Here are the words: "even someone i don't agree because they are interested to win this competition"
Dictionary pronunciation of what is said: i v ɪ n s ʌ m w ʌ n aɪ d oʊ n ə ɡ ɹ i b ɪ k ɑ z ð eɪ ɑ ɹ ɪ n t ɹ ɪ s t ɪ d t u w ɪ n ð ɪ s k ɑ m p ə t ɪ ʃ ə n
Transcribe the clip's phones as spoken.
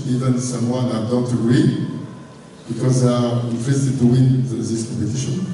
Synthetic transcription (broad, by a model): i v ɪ n s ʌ m w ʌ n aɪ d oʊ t ə ɡ ɹ i b ɪ k ɑ z ð eɪ ɑ ɹ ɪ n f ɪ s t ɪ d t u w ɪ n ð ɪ s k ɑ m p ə t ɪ ʃ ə n